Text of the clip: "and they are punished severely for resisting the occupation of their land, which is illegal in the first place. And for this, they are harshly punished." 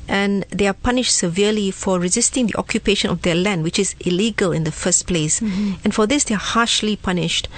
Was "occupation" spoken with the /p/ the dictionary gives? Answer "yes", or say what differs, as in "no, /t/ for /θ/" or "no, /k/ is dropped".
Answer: yes